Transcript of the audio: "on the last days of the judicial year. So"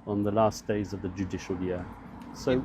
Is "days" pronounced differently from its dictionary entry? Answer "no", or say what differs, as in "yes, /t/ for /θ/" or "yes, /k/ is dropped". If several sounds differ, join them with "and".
no